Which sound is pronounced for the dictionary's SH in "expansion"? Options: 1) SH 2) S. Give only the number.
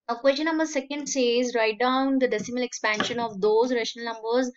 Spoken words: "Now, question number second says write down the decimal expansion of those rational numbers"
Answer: 1